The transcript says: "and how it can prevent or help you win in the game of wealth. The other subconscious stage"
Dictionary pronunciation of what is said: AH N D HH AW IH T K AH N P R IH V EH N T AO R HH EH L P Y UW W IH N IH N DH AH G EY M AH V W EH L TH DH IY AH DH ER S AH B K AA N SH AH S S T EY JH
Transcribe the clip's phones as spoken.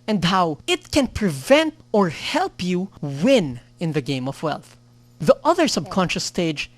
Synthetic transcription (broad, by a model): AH N D HH AW IH T K AH N P R IH V EH N T AO R HH EH L P Y UW W IH N IH N DH AH G EY M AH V W EH L TH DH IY AH DH ER S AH B K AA N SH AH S S T EY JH